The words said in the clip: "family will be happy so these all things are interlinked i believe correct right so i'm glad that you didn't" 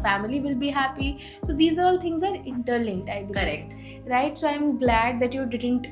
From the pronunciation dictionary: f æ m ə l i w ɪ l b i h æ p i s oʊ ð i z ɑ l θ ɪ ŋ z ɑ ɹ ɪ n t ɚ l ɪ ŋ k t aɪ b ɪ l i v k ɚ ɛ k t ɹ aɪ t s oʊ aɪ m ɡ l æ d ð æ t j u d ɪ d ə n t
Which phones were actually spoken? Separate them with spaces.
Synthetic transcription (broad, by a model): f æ m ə l i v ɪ l b i h æ p i s oʊ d i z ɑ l t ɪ ŋ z ɑ ɹ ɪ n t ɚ l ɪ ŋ t aɪ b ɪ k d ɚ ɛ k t ɹ aɪ t s oʊ aɪ m ɡ l æ d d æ t j u d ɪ d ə n t